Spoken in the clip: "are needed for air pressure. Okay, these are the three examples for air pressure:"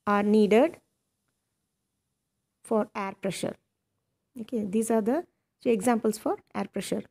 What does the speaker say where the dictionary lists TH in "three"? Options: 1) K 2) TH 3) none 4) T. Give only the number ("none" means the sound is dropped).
4